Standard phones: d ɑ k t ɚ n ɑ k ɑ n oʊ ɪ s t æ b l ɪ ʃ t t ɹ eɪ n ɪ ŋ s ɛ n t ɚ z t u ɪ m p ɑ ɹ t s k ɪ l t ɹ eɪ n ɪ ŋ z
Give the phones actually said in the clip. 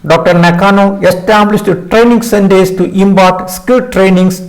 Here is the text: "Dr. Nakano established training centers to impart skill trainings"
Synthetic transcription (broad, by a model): d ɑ k t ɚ n ɑ k ɑ n oʊ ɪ s t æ b l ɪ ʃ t t ɹ eɪ n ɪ ŋ s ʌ n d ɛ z t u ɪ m b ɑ ɹ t s k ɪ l t ɹ eɪ n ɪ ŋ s